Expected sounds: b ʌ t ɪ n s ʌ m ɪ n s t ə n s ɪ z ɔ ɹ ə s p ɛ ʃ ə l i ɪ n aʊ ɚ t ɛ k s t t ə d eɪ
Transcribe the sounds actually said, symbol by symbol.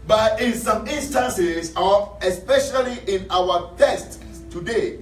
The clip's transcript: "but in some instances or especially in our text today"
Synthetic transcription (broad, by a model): b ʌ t ɪ n s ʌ m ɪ n s t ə n s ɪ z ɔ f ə s p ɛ ʃ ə l i ɪ n aʊ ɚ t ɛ s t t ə d eɪ